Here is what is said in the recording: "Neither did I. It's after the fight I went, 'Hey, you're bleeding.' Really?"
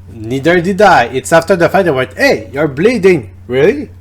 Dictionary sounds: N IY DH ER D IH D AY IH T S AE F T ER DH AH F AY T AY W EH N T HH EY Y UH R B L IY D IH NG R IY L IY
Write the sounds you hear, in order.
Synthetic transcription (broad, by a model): N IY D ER D IH D AY IH T S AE F T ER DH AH F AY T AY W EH T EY Y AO R B L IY D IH NG R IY L IY